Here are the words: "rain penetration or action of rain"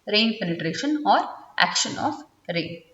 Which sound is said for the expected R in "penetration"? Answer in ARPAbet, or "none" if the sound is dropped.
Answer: R